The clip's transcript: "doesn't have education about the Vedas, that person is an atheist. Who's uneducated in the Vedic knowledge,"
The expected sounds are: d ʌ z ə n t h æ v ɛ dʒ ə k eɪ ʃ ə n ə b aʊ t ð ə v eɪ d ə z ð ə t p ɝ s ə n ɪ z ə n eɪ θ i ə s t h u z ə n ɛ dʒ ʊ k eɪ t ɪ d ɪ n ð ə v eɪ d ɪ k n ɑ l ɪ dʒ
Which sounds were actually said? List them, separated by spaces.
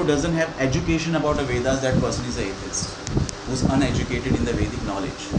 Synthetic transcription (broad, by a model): d ʌ z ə n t h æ v ɛ dʒ ə k eɪ ʃ ə n ə b aʊ t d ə v eɪ d ə z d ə t p ɝ s ə n ɪ z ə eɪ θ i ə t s h u z ə n ɛ dʒ ʊ k eɪ t ɪ d ɪ n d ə v eɪ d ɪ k n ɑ l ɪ dʒ